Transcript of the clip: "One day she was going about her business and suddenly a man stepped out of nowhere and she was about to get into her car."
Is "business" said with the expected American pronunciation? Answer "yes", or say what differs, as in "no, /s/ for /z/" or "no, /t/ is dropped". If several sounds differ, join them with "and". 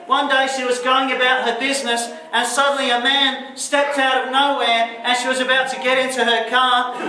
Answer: yes